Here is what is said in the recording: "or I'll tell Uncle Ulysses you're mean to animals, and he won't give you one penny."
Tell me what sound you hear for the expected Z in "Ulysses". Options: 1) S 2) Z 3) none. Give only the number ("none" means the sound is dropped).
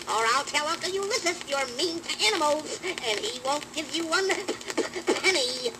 1